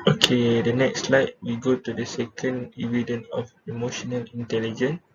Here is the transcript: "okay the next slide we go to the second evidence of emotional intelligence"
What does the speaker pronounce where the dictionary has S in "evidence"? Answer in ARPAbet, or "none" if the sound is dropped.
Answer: none